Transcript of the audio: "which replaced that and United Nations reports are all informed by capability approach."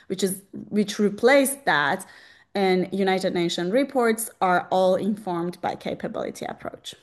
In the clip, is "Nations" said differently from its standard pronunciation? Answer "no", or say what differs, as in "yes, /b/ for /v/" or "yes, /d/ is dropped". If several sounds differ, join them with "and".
yes, /z/ is dropped